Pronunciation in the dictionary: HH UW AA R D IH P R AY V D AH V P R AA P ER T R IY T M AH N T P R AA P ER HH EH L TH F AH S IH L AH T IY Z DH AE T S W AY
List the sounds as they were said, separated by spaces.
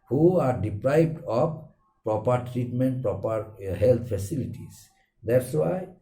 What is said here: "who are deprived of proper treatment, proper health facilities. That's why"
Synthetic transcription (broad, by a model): HH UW AA R D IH P R AY B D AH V P R AA P ER T R IY T M AH N T P R AA P ER HH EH L T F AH S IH L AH T IY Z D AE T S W AY